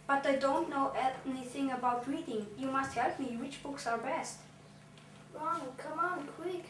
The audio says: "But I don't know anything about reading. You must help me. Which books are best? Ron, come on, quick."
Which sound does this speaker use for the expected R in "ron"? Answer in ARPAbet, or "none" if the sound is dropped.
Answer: W